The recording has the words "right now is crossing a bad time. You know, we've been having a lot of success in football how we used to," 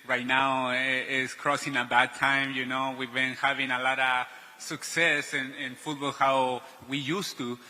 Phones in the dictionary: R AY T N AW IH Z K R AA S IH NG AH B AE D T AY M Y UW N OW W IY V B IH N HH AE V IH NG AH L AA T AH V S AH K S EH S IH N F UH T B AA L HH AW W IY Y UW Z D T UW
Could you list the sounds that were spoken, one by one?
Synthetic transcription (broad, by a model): R AY T N AW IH S K R AA S IH NG AH B AE D T AY M Y UW N OW W IY V B IH N HH AE V IH NG AH L AA T AH V S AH K S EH S IH N F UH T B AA L HH AW W IY Y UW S T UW